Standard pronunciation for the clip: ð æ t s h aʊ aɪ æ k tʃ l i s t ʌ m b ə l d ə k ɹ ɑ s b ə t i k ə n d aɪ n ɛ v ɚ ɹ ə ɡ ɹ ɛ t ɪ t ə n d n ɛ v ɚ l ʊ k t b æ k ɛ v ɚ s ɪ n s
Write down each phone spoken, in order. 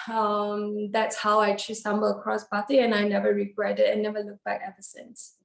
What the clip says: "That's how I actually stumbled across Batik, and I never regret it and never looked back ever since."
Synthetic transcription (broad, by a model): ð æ t s h aʊ aɪ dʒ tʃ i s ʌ m b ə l ə k ɹ ɑ s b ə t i ə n aɪ n ɛ v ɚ ɹ ə ɡ ɹ ɛ t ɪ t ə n n ɛ v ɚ l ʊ k b æ k ɛ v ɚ s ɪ n s